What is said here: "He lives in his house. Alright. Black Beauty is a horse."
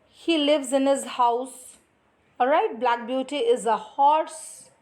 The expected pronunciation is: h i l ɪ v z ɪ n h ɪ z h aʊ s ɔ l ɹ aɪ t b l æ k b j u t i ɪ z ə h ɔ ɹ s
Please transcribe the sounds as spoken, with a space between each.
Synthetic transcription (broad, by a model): h i l ɪ v z ɪ n h ɪ z h aʊ s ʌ ɹ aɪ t b l æ k b j u t i ɪ z ə h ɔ ɹ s